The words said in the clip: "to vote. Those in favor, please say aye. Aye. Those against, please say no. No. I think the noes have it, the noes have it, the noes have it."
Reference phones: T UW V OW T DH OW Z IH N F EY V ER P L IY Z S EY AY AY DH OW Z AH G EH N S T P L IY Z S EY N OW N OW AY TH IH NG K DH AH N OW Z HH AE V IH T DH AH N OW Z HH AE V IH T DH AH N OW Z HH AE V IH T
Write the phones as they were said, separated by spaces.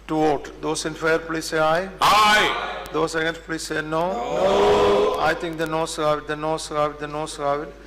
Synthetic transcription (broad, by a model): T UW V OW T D OW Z IH N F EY ER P L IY S EY AY AY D OW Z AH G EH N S P L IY S EY N OW N OW AY T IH NG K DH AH N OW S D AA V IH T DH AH N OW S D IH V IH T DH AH N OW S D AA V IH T